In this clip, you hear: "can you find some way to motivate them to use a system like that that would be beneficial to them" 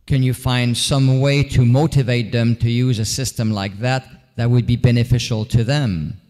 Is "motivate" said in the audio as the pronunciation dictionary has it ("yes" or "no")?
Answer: yes